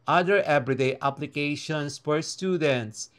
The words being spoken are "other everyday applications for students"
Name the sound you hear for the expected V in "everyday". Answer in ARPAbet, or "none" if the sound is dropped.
B